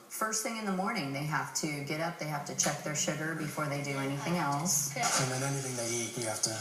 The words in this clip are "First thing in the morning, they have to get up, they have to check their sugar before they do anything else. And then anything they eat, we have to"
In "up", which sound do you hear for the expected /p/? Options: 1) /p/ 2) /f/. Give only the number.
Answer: 1